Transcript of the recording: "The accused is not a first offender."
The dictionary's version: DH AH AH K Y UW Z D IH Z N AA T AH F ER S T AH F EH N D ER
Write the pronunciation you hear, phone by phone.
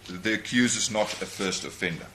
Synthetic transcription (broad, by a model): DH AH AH K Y UW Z IH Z N AA T AH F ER S T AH F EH N D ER